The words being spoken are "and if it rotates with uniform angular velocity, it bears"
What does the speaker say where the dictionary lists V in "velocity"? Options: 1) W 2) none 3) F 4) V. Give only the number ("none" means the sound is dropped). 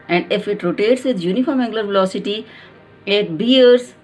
4